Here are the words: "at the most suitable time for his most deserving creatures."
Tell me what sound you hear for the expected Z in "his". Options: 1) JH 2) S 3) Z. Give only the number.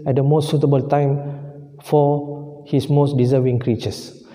2